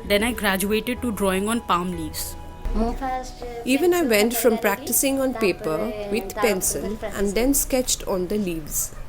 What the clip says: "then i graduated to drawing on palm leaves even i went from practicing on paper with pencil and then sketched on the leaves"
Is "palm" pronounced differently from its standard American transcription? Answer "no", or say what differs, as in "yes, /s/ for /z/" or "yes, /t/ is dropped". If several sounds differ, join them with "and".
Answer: no